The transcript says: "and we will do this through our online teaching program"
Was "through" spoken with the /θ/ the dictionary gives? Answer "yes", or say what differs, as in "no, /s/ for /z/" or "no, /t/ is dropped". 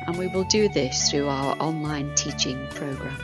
yes